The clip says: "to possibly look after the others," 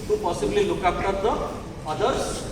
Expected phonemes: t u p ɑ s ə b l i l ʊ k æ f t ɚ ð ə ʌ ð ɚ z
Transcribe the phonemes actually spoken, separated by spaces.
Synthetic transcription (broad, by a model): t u p ɑ s ə b l i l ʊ k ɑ p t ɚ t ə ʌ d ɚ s